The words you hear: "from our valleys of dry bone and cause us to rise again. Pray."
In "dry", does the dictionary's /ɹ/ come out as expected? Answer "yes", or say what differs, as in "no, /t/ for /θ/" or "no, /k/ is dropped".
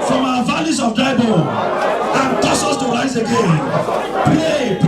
no, /ɹ/ is dropped